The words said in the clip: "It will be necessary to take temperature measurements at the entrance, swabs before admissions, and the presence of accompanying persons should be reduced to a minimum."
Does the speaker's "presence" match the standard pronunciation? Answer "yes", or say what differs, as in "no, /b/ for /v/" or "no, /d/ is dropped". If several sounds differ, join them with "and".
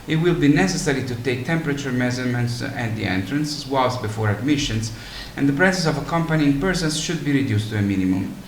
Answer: no, /n/ is dropped